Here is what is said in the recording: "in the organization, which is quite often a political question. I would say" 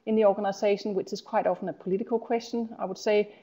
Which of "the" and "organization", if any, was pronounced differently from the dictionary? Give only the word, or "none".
organization